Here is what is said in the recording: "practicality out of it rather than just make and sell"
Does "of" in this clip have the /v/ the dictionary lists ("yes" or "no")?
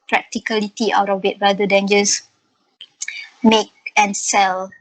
no